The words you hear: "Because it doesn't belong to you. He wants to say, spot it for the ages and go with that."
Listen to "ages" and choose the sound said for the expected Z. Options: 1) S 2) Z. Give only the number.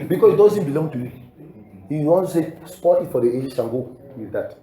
1